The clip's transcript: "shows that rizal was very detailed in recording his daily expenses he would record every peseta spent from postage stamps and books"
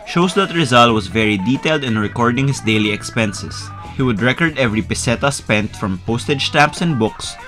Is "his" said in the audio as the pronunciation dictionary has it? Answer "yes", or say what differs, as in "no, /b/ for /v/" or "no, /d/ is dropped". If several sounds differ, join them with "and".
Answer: no, /s/ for /z/